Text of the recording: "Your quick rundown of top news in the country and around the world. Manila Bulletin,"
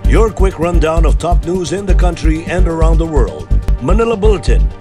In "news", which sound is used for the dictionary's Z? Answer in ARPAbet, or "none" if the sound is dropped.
Z